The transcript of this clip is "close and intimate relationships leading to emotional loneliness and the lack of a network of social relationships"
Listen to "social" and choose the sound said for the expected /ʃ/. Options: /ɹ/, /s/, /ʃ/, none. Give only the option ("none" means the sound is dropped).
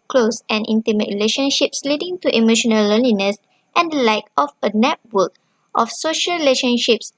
/ʃ/